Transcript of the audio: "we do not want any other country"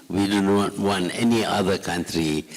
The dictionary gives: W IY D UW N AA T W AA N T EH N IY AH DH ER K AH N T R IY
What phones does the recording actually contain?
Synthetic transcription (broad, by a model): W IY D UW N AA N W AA N EH N IY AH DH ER K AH N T R IY